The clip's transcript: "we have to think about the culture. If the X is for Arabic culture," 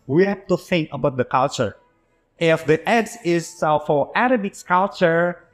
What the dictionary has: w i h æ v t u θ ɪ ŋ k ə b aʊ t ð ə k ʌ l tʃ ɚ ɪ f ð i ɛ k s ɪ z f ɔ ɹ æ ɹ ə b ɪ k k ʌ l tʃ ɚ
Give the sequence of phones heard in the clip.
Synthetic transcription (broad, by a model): w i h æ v t u θ ɪ ŋ k ə b aʊ t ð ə k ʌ l tʃ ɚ ɪ f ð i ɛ s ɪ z f ɔ ɹ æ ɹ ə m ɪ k k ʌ l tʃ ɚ